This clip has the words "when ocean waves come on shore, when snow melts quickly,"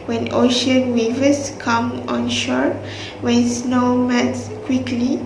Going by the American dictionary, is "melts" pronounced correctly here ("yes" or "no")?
no